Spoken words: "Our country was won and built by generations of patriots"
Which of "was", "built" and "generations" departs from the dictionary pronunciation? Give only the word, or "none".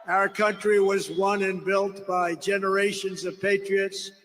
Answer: none